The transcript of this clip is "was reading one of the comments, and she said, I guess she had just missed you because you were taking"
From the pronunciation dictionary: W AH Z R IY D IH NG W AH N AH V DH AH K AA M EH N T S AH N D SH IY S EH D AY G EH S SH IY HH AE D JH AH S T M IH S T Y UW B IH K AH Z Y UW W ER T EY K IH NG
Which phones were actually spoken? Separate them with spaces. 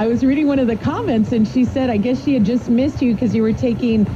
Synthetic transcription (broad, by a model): W AH Z R IY D IH NG W AH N AH V DH AH K AA M EH N T S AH N SH IY S EH D AY G EH S SH IY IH D JH AH S T M IH S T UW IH K AH Z Y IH W ER T EY K IH NG